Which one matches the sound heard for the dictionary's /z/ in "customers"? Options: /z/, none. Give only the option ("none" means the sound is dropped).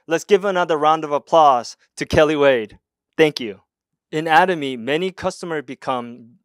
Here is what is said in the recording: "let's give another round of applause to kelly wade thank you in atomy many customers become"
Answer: /z/